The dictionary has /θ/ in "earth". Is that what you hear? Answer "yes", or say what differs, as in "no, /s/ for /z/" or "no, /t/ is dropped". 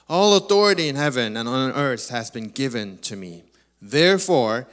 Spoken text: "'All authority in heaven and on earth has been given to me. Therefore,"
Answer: yes